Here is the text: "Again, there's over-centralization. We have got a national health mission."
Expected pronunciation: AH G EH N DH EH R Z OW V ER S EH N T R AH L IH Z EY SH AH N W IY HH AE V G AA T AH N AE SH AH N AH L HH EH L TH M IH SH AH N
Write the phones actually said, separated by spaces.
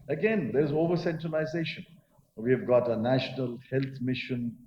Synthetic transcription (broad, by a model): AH G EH N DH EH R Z OW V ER S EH N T R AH L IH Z EY SH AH N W IY V G AA T AH N AE SH AH N AH L HH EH L T M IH SH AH N